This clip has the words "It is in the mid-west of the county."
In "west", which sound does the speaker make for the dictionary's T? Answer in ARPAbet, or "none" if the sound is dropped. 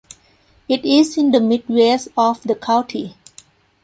none